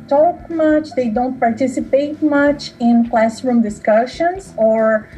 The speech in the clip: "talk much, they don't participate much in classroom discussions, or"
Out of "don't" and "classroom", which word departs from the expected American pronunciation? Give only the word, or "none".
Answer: none